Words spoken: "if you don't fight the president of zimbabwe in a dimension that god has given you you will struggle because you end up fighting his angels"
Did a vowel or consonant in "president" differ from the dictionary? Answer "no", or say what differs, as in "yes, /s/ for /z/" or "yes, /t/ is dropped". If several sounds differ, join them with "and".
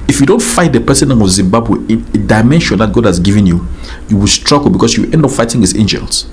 yes, /ɹ/ is dropped and /s/ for /z/ and /t/ is dropped